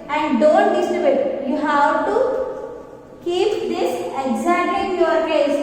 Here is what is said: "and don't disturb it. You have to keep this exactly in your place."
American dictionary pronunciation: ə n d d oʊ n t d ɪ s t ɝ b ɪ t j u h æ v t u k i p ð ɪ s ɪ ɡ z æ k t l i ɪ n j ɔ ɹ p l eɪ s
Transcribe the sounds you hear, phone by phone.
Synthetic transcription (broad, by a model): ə n d d oʊ n t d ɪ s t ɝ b ɪ t j u h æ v t u k i p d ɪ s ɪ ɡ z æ t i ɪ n j ɔ ɹ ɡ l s